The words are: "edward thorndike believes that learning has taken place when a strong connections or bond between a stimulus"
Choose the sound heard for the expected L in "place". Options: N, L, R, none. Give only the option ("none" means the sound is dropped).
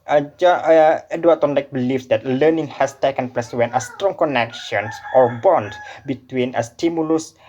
none